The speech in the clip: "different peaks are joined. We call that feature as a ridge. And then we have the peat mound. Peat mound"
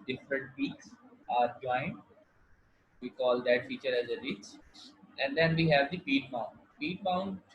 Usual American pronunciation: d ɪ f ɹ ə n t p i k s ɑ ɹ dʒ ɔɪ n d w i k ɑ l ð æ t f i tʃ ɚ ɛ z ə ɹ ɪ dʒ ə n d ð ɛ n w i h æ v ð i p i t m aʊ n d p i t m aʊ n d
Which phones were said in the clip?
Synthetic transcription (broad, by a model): d ɪ f ɹ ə n t p i k s ɑ ɹ dʒ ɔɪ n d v i k ɑ l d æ t f i tʃ ɚ ɛ z ə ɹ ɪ tʃ ə n d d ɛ n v i h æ v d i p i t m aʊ n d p i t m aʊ n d